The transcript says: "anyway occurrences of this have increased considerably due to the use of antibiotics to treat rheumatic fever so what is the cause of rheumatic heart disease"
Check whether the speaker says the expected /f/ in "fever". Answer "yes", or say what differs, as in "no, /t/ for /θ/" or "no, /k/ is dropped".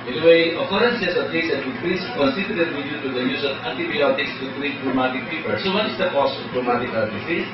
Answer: no, /p/ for /f/